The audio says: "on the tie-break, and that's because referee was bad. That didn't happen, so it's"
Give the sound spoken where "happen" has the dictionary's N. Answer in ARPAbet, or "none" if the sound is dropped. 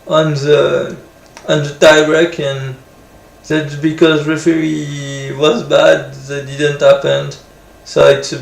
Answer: N